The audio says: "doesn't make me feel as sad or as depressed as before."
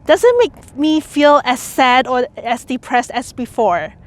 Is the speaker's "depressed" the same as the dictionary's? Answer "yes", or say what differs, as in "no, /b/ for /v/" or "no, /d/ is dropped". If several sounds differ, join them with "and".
yes